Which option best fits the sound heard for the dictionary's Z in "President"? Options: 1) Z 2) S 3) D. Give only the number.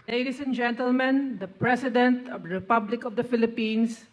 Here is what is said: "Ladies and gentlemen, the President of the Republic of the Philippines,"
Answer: 2